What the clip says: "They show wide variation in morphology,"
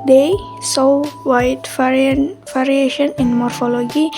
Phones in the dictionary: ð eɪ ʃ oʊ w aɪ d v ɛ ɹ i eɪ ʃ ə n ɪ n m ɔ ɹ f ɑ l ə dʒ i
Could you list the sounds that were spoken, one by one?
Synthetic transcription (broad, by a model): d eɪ s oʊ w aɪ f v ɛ ɹ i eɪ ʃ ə n ɪ n m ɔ ɹ f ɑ l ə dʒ i